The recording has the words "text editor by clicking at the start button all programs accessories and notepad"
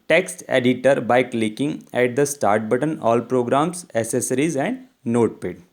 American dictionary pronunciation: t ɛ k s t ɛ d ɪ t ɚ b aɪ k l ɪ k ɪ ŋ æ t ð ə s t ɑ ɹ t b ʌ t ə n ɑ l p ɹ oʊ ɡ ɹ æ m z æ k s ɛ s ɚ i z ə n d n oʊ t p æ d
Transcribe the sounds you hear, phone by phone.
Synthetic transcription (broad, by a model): t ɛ k s t ɛ d ɪ t ɚ b aɪ k l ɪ k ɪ ŋ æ t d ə s t ɑ ɹ t b ʌ t ə n ɑ l p ɹ oʊ ɡ ɹ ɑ m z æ s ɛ s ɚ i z ə n d n oʊ t p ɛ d